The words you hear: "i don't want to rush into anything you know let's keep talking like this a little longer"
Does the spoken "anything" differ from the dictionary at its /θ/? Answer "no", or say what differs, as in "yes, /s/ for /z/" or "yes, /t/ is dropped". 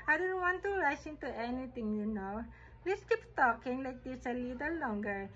yes, /t/ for /θ/